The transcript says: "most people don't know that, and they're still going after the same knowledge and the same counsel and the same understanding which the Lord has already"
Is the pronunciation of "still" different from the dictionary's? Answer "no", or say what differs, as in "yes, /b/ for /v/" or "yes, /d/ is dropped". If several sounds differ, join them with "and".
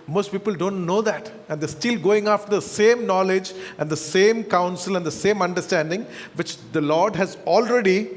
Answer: no